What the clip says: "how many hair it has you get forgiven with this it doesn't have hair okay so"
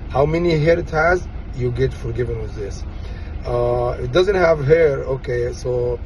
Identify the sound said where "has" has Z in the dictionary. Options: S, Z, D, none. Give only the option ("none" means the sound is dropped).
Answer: Z